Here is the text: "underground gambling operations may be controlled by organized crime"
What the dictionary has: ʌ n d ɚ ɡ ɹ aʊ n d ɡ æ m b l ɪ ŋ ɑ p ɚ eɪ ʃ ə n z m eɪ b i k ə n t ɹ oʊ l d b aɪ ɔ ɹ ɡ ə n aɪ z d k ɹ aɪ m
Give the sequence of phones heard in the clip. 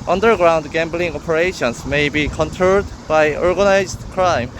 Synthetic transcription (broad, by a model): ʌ n d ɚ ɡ ɹ aʊ n d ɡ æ m b l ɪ ŋ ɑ p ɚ eɪ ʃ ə n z m eɪ b i k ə n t oʊ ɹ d b aɪ ɔ ɹ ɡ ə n aɪ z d k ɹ aɪ m